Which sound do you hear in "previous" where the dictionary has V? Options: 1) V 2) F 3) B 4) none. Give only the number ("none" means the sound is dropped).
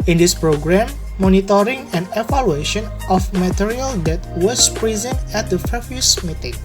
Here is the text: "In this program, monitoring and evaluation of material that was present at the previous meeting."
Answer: 2